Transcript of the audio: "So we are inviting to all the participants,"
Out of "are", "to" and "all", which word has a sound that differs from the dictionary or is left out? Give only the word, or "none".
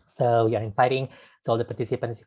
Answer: to